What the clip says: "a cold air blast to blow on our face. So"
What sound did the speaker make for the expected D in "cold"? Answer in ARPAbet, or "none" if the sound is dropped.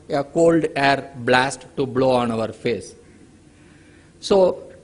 D